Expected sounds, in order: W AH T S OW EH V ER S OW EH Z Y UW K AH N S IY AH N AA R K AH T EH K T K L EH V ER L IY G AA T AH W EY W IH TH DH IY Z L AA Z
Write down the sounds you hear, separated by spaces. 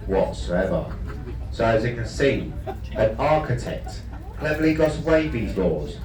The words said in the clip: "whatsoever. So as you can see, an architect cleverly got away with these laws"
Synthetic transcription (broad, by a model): W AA T S OW EH V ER S OW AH Z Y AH K AH N S IY AH N AA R K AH T EH K T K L EH V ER L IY G AA T AH W EY IH DH IY Z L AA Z